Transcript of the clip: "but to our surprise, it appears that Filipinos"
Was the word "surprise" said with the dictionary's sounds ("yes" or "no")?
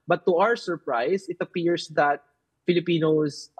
no